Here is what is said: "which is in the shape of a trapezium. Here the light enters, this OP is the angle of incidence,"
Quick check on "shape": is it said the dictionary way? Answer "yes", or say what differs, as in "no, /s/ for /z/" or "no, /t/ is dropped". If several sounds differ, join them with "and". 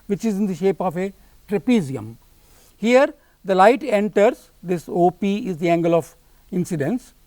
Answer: yes